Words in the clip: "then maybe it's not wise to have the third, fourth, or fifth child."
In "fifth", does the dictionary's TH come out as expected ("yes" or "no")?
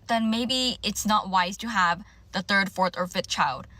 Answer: yes